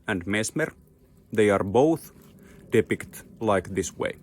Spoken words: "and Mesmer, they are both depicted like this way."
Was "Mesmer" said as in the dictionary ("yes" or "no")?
no